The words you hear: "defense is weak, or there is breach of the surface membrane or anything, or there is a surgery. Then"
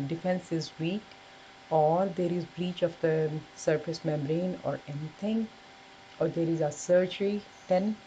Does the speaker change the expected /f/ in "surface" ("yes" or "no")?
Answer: yes